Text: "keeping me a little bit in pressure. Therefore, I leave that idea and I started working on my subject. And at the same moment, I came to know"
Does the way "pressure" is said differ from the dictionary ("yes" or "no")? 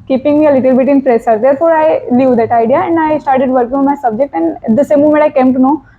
yes